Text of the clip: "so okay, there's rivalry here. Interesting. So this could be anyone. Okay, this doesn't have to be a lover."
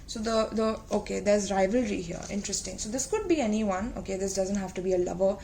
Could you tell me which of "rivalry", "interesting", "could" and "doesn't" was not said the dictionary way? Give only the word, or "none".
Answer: none